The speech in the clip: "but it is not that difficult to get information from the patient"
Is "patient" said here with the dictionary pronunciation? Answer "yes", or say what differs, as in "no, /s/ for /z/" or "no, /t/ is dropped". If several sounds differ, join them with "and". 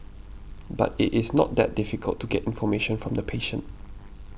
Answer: yes